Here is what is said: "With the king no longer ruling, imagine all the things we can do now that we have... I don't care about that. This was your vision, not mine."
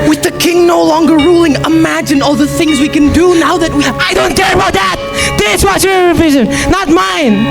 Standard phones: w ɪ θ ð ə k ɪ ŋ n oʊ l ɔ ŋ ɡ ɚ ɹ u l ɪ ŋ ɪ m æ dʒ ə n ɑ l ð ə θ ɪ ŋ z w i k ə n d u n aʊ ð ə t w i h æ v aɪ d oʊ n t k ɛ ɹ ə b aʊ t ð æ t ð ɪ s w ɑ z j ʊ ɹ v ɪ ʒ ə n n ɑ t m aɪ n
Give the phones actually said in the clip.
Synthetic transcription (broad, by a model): w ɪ ð ə k ɪ ŋ n oʊ l ɔ ŋ ɡ ɚ ɹ u l ɪ ŋ ɪ m æ dʒ ə n ɑ l ð ə θ ɪ ŋ z w i k ə n d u n aʊ ð ə t w i aɪ d oʊ n t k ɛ ɹ ə b aʊ t ð æ t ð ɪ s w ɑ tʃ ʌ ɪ v ɪ ʒ ə n n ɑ t m aɪ n